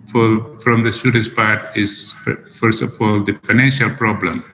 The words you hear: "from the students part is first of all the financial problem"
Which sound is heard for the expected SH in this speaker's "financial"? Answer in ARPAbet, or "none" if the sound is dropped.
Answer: SH